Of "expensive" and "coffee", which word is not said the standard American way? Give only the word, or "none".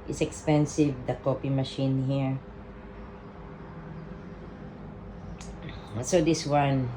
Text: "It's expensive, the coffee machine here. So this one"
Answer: coffee